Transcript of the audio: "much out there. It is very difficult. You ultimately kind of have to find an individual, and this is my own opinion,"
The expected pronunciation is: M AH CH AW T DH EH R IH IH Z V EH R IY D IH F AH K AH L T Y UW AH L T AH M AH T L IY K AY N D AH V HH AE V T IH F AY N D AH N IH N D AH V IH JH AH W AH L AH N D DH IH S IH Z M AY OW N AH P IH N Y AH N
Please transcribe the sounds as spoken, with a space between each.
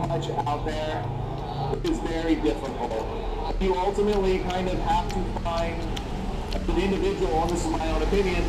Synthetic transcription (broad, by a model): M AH CH AW T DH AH R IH IH Z V EH R IY D IH F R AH N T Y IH AH L T AH M AH T L IY K AY N D AH V HH AE F T IH F AY N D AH IH N D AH V IH JH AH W L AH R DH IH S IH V M AY OW N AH P IH N Y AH N